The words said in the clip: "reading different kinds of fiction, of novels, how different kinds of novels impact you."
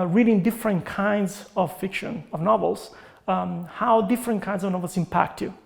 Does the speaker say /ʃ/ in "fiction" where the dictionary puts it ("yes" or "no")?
yes